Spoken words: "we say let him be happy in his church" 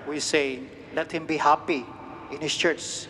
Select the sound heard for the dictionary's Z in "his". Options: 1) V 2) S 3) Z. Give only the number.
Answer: 2